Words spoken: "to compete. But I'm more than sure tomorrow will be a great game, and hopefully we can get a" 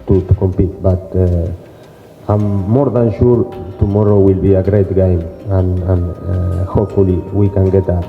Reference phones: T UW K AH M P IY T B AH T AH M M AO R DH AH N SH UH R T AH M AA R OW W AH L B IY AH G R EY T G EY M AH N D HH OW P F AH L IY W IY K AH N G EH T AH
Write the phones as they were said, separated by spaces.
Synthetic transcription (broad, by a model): T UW K AH M P IY T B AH T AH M M AO R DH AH N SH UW R T AH M AA R OW W AH L B IY AH G R EY T G EY M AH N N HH OW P F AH L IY W IY K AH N G EH T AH